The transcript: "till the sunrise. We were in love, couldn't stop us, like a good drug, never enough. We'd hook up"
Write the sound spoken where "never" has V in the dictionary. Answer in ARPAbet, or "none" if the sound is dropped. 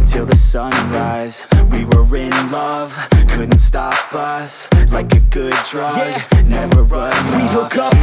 V